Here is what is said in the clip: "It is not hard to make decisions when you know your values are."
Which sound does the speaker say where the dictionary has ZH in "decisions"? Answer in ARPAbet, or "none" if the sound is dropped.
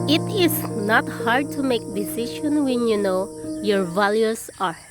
SH